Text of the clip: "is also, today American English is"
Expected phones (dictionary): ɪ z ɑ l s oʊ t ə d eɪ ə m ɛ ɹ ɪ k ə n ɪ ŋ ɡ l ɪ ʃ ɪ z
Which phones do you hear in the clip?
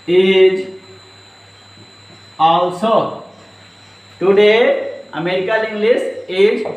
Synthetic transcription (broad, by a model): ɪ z ɑ l s oʊ t ə d eɪ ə m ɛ ɹ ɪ k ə l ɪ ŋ ɡ l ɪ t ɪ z